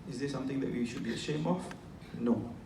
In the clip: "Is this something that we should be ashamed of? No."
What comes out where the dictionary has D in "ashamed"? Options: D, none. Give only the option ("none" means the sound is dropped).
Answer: none